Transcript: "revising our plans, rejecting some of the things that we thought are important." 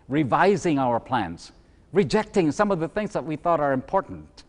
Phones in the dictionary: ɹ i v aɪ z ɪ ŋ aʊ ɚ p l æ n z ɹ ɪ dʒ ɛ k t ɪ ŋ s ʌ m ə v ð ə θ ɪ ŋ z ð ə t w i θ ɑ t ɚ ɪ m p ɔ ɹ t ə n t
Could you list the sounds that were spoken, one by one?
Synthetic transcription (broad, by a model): ɹ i v aɪ z ɪ ŋ aʊ ɚ p l æ n z ɹ ɪ dʒ ɛ k t ɪ ŋ s ʌ m ə v ð ə θ ɪ ŋ z ð ə t w i θ ɑ t ɚ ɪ m p ɔ ɹ t n t